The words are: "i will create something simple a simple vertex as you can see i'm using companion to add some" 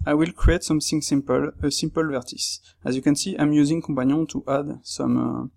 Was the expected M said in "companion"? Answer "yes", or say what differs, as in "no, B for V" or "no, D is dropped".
no, M is dropped